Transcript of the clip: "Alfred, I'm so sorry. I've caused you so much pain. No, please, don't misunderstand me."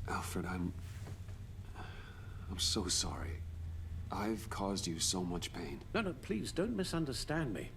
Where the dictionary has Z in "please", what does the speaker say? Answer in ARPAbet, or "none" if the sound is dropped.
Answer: Z